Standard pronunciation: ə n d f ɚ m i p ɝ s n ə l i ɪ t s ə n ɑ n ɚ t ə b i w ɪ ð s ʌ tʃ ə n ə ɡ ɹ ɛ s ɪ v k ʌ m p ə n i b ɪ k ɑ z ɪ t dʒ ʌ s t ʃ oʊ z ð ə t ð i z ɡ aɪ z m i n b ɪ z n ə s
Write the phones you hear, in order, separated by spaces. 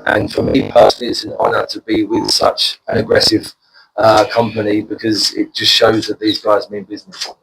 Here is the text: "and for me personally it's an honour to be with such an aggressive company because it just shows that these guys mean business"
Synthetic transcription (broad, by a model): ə n f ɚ m i p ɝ s n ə l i ɪ t s ə n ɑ n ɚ t ə b i w ɪ ð s ʌ tʃ ə n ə ɡ ɹ ɛ s ɪ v k ʌ m p ə n i b ɪ k ɑ z ɪ t dʒ ʌ s t ʃ oʊ z ð ə t ð i z ɡ aɪ z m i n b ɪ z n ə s